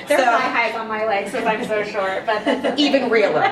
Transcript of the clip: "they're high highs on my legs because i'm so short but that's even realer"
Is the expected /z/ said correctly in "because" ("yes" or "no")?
no